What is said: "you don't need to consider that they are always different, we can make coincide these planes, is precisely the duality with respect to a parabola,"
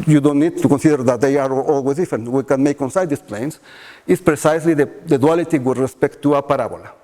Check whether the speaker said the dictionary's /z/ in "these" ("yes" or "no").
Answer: no